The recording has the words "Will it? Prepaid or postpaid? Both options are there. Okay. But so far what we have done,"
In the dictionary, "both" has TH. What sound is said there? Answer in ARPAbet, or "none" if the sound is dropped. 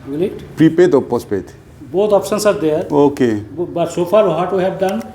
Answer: T